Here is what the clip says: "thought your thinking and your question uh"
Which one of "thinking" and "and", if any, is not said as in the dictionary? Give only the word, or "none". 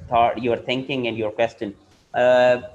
thinking